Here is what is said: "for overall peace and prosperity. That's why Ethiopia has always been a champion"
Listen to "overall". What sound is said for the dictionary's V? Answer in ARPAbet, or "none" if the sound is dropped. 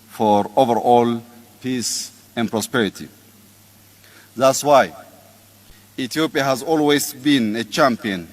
V